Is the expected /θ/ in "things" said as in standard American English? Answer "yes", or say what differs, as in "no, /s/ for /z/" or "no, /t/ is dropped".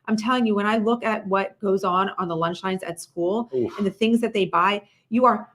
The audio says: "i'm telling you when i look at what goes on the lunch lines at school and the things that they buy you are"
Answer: yes